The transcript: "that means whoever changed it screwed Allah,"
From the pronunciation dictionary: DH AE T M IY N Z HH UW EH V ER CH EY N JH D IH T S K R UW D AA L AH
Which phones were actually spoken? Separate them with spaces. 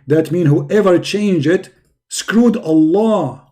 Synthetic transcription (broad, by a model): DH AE T M IY N HH UW EH V ER CH EY N JH D IH T S K R UW D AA L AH